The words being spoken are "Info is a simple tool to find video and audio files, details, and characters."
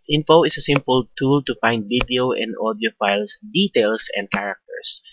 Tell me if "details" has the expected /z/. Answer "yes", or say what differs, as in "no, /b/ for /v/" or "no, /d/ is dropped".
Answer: no, /s/ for /z/